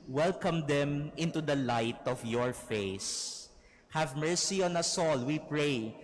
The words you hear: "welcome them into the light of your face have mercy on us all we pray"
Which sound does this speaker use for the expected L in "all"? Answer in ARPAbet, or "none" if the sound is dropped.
L